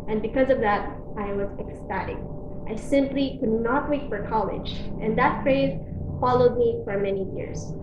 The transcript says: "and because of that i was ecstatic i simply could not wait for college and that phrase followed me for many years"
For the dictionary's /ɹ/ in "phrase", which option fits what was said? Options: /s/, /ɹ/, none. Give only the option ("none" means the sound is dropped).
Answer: /ɹ/